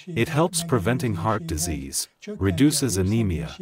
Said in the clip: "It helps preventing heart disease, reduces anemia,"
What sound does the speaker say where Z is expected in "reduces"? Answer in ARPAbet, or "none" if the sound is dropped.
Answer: Z